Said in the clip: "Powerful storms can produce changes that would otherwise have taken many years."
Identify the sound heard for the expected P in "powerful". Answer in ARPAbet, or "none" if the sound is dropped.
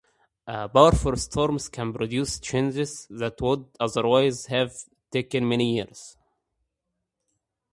B